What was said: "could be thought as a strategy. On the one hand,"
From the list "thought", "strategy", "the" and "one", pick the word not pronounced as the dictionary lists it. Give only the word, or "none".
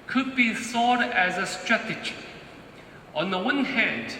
thought